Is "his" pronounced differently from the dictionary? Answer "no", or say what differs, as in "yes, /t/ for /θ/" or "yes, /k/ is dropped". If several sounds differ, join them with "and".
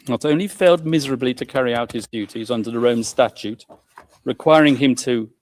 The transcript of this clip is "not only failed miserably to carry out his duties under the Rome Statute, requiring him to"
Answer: no